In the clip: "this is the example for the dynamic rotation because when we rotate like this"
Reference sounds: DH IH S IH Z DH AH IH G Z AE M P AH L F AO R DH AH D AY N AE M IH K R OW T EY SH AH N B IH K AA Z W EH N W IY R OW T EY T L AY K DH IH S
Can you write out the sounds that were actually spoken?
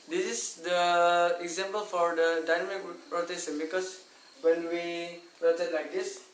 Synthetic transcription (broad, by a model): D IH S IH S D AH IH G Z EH M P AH L F AO R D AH D AY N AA M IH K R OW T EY S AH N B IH K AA S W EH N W IY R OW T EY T L AY K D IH S